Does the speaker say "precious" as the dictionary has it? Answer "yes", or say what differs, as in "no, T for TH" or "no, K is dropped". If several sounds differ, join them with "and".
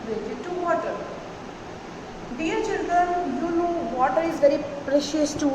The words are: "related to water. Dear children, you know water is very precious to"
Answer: yes